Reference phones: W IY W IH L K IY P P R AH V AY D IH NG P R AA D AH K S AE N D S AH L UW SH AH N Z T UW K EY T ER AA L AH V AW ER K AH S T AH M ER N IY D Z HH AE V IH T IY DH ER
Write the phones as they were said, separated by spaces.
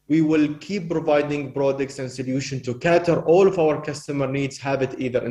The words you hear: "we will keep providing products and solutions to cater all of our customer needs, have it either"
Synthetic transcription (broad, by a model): W IY W IH L K IY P P R AH V AY D IH NG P R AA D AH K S AE N D S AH L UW SH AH N T UW K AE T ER AA L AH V AW ER K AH S T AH M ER N IY D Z HH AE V IH T IY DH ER